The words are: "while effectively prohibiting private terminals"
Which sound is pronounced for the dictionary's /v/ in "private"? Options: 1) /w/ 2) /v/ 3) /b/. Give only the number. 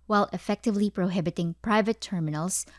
2